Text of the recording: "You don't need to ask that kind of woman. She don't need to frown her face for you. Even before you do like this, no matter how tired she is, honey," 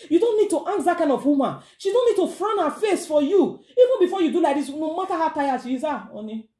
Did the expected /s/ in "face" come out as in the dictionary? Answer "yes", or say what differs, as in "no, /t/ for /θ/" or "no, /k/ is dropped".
yes